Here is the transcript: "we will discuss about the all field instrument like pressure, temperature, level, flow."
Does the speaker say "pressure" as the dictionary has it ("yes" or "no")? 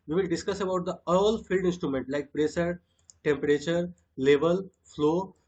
no